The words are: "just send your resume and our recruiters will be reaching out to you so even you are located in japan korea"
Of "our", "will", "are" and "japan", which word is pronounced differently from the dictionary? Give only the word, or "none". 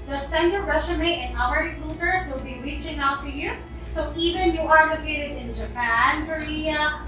our